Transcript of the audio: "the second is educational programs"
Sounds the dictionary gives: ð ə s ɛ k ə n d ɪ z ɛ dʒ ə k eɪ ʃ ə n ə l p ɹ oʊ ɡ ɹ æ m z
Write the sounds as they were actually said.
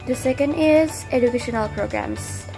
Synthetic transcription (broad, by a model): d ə s ɛ k ə n d ɪ z ɛ dʒ ə k eɪ ʃ ə n ə l p ɹ oʊ ɡ ɹ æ m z